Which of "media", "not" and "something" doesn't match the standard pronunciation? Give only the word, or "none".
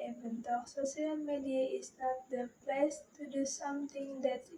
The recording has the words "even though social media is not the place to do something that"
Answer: something